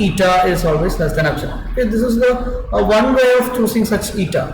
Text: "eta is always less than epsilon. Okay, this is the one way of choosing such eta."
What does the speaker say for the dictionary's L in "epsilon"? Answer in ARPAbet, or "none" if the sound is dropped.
none